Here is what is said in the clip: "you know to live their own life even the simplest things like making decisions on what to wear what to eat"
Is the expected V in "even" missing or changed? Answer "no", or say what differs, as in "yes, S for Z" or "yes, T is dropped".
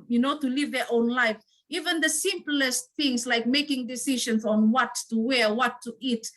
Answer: no